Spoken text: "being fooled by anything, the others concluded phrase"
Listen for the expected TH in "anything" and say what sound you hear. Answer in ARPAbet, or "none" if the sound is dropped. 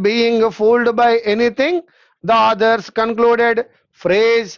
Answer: T